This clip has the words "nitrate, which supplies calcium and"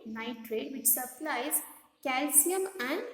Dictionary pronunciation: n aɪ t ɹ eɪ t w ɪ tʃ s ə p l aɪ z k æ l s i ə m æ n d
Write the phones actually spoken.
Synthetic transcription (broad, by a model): n aɪ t ɹ eɪ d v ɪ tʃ s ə p l aɪ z k æ l s i ə m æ n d